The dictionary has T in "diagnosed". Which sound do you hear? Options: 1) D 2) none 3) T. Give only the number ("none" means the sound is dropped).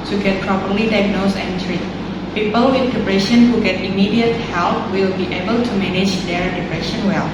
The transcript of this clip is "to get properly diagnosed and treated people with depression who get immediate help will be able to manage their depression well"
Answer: 2